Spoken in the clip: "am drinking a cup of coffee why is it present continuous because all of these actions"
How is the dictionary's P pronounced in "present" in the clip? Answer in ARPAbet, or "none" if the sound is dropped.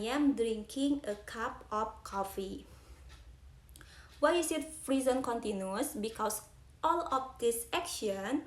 F